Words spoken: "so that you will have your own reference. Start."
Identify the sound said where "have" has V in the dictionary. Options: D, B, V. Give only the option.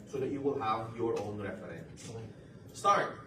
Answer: V